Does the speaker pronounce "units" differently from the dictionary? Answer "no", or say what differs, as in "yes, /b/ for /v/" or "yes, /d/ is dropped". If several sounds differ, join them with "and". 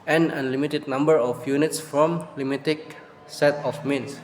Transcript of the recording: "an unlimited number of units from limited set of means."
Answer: no